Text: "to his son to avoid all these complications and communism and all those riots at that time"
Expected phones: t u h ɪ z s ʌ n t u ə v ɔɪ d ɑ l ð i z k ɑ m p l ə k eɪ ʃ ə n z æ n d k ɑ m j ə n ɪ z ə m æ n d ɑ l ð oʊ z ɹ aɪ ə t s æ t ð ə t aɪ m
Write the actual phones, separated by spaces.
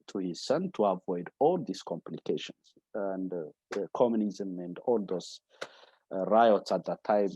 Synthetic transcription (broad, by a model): t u h ɪ z s ʌ n t u ə v ɔɪ d ɑ l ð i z k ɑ m p l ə k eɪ ʃ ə n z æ n d k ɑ m j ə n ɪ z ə m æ n d ɑ l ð oʊ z ɹ aɪ ə t s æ t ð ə t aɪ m